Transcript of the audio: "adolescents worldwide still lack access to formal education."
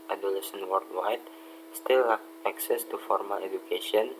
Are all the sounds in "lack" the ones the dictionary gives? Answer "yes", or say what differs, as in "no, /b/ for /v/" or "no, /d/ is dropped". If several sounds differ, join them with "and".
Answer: no, /k/ is dropped